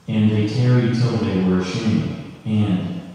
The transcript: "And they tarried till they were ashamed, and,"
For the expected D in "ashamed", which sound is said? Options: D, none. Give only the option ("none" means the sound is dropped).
none